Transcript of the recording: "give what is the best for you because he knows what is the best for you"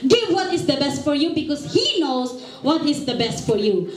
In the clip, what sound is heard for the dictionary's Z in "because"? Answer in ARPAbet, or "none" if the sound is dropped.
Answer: S